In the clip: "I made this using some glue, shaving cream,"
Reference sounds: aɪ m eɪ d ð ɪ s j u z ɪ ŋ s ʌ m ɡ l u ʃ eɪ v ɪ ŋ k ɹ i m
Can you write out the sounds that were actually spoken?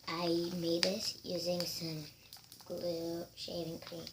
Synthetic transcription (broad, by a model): aɪ m eɪ d ð ɪ s j u z ɪ ŋ s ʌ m ɡ l u ʃ eɪ v ɪ ŋ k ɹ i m